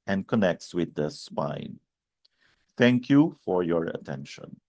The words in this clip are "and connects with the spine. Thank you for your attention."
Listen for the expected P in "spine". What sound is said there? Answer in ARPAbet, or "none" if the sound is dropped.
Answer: P